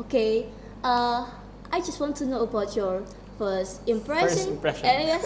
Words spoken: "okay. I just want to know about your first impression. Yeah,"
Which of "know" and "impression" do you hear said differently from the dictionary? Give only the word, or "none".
impression